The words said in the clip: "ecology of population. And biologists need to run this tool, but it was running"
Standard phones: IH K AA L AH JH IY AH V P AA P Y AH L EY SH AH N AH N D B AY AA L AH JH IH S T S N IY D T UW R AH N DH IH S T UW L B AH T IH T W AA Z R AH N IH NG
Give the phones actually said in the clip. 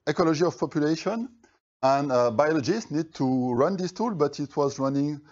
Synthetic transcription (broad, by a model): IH K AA L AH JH IY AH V P AA P Y AH L EY SH AH N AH N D B AY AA L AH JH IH S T N IY D T UW R AH N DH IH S T UW L B AH T IH T W AA Z R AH N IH NG